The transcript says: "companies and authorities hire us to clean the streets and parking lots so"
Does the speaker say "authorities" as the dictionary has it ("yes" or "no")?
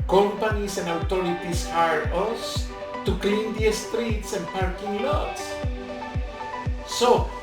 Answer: no